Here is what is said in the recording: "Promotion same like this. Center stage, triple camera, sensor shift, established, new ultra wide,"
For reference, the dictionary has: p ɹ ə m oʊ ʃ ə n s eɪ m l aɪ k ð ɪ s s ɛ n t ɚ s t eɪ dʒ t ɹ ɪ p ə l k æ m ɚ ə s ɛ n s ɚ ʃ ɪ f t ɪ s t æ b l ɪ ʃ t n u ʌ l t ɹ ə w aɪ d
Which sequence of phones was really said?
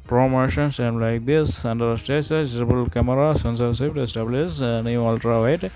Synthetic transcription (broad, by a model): p ɹ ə m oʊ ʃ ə n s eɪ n l aɪ k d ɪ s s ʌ n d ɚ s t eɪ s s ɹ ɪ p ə l k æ m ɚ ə s ɛ n s ɚ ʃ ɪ p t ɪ s t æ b l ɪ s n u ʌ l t ɹ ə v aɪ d